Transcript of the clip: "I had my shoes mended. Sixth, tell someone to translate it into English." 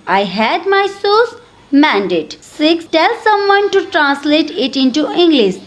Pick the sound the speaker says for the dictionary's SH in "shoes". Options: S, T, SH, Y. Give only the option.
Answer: S